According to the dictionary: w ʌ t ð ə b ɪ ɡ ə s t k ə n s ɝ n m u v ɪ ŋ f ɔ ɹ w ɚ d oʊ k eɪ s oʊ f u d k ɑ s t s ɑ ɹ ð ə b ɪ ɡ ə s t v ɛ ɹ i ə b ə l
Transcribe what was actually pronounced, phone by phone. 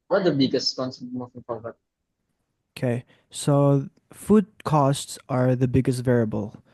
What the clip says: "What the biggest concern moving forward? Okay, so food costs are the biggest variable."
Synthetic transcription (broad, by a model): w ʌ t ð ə b ɪ ɡ ə s t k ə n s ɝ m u f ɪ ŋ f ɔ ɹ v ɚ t oʊ k eɪ s oʊ f u d k ɑ s t s ɑ ɹ ð ə b ɪ ɡ ə s t v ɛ ɹ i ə b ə l